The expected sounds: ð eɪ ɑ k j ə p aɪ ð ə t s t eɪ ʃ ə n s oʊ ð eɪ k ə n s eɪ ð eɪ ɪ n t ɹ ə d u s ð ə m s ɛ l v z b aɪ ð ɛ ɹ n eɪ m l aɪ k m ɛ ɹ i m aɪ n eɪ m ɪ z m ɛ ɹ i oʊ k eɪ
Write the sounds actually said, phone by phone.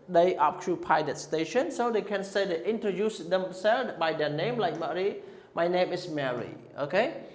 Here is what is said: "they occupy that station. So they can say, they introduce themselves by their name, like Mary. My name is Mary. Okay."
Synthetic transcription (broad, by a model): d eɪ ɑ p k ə p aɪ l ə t s t eɪ ʃ ə n s oʊ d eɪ k ə n s eɪ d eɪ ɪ n t ɹ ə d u s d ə m s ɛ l b aɪ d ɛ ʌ n eɪ m l aɪ k m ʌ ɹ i m aɪ n eɪ m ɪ s m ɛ ɹ i oʊ k eɪ